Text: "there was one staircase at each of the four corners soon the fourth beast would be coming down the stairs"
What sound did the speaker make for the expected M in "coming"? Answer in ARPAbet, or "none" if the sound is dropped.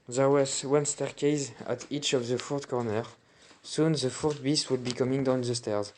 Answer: M